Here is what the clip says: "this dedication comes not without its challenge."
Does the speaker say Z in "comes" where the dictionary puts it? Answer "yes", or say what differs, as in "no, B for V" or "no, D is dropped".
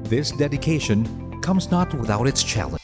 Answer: yes